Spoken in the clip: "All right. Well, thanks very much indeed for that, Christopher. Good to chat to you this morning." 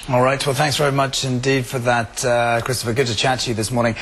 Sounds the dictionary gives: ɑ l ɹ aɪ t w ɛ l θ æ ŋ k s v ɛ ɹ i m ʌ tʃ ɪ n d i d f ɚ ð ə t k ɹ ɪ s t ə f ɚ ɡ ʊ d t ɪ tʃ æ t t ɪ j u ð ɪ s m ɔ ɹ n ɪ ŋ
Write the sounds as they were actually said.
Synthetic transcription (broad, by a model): ɑ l ɹ aɪ t w ɛ l θ æ ŋ k s v ɛ ɹ i m ʌ tʃ ɪ n d i d f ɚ ð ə t k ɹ ɪ s t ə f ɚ ɡ ʊ d t ɪ tʃ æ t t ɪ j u ð ɪ s m ɔ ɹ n ɪ ŋ